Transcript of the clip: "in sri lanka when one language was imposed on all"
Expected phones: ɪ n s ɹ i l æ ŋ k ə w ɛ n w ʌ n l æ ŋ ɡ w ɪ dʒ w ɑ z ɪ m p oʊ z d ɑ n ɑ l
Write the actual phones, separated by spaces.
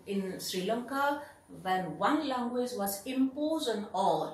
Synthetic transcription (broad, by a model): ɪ n s ɹ i l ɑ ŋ k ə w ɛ n w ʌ n l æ ŋ ɡ w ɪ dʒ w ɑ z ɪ m p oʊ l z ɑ n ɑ l